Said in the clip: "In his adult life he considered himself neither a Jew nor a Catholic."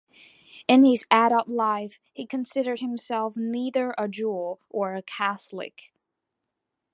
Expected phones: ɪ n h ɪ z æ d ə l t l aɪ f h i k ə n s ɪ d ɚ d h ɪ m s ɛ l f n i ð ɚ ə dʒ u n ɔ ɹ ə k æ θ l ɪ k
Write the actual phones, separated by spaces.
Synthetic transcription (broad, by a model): ɪ n ɪ z æ d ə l t l aɪ f h i k ə n s ɪ d ɚ d h ɪ m s ɛ l f n i ð ɚ ə dʒ u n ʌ ɹ ə k æ θ l ɪ k